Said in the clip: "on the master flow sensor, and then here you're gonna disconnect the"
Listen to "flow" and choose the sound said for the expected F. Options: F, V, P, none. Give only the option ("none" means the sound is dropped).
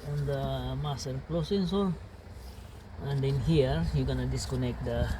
P